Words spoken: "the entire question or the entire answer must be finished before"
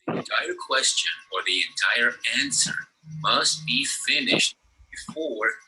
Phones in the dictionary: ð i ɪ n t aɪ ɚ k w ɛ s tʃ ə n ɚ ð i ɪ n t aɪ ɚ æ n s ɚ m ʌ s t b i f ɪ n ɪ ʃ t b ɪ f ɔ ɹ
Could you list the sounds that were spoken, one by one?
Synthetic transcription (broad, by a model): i ɪ n t aɪ ɚ k w ɛ s tʃ ə n ɚ ð i ɪ n t aɪ ɚ æ n s ɚ m ʌ s t b i f ɪ n ɪ ʃ t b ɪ f ɔ ɹ